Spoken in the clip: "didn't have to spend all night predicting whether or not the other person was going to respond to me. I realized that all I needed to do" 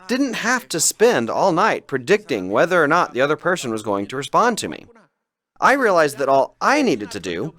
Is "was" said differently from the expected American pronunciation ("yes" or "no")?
no